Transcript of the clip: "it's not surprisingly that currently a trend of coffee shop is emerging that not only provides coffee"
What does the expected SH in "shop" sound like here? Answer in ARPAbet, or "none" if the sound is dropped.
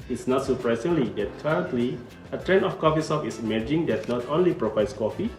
S